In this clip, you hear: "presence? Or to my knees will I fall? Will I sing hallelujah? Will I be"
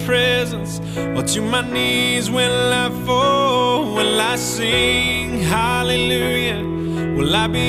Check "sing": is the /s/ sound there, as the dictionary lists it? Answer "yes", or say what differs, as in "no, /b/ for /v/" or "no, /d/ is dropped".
yes